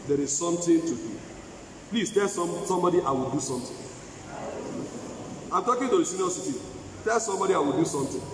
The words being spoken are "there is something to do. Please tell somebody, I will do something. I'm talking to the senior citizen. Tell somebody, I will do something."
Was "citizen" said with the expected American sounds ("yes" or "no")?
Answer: no